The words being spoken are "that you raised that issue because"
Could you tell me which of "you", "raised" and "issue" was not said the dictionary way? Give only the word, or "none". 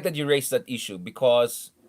raised